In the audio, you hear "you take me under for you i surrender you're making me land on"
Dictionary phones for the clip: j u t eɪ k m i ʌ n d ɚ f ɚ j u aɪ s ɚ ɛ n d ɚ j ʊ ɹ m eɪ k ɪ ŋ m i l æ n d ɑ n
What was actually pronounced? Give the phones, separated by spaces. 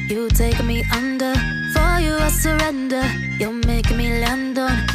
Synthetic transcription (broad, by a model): j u t eɪ k m i ʌ n d ɚ f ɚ j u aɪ s ɚ ɛ n d ɚ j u l m eɪ ɪ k m i l æ n d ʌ